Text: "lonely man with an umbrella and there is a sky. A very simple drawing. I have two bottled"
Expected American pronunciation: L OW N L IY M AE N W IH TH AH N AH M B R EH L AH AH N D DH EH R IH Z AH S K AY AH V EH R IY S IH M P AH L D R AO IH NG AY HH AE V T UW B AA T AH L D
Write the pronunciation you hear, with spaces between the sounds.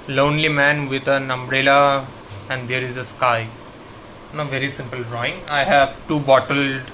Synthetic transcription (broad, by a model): L OW N L IY M AE N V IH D AH N AH M B R EH L AH AH N D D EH R IH Z AH S K AY AH V EH R IY S IH M P AH L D R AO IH NG AY HH AE V T UW B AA T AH L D